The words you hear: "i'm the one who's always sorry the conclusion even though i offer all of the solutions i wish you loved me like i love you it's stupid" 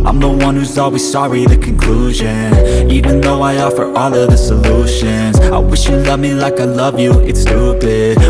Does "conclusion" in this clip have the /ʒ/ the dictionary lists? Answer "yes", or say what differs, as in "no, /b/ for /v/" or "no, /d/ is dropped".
yes